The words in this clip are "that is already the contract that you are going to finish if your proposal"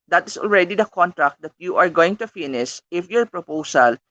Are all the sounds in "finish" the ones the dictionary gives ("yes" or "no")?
no